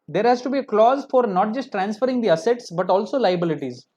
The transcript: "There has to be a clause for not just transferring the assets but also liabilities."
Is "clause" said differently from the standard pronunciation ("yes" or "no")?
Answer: no